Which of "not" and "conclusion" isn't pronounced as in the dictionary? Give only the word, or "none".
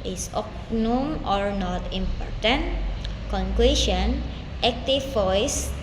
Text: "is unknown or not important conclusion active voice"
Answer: conclusion